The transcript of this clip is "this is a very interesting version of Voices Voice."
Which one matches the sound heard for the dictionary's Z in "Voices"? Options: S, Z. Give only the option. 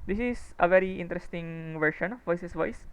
S